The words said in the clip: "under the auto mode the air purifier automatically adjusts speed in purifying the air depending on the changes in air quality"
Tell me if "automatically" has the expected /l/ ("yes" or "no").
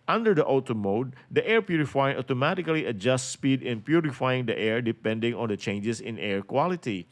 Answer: yes